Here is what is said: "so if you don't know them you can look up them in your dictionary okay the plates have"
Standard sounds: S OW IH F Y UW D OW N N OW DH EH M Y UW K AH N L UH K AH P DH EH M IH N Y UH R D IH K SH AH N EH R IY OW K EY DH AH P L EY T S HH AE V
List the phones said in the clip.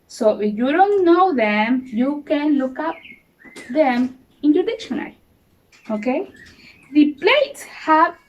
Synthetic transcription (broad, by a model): S OW IH F Y UW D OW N N OW DH EH M Y UW K AH N L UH K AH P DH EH M IH N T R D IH K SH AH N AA L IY OW K EY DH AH P L EY T S HH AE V